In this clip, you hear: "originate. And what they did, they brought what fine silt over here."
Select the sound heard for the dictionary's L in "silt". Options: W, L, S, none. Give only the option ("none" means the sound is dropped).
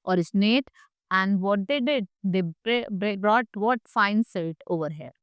none